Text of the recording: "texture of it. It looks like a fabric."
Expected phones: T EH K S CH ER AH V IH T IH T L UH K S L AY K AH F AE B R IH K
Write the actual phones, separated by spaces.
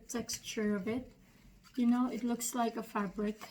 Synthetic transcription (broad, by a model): T EH K S CH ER AH V IH T IH T L UH K S L AY K AH F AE B R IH K